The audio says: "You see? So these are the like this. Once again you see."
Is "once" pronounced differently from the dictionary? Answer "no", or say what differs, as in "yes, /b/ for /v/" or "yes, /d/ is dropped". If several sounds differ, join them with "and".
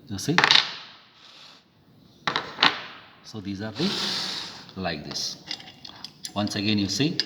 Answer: no